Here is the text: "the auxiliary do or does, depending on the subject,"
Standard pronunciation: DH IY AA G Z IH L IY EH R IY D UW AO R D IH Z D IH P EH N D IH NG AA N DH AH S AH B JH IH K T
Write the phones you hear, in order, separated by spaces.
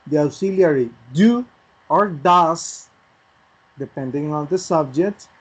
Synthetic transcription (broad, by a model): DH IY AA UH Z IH L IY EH R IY D UW AO R D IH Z D IH P EH N D IH NG AA N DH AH S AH B JH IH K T